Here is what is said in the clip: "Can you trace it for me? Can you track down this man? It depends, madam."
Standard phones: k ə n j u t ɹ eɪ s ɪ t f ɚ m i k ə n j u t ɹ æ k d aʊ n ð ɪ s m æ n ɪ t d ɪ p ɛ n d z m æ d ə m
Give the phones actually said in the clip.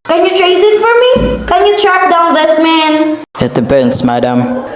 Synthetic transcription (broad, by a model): k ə n j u t ɹ eɪ s ɪ t f ɚ m i k ə n j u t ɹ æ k d aʊ n ð ɪ s m æ n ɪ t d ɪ b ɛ n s m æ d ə m